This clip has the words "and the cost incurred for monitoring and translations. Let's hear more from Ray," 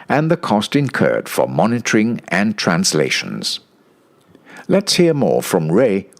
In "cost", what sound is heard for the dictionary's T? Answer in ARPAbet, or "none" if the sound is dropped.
T